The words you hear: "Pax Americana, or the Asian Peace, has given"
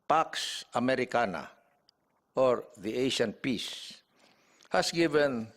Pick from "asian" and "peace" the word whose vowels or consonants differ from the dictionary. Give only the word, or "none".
asian